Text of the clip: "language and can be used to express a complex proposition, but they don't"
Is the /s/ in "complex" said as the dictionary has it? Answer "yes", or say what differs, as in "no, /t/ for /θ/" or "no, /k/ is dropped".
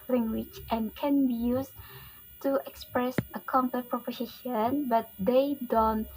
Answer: no, /s/ is dropped